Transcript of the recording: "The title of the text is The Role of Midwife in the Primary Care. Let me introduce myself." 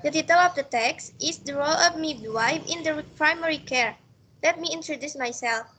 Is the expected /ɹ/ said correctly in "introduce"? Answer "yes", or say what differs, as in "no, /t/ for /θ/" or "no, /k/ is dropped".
yes